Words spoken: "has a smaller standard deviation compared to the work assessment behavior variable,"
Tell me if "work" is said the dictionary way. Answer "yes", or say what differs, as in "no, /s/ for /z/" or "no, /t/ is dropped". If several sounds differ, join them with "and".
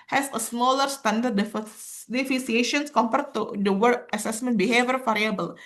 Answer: no, /k/ is dropped